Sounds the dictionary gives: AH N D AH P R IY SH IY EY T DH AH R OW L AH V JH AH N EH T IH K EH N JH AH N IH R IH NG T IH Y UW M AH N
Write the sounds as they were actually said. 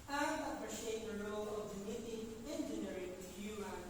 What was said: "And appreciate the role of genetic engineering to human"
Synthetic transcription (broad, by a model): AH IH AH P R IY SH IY EY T DH AH R OW L AH V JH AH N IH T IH EH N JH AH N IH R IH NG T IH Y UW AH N